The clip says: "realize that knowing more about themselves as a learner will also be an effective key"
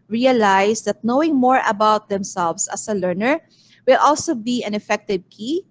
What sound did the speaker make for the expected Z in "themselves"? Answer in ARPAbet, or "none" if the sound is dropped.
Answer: S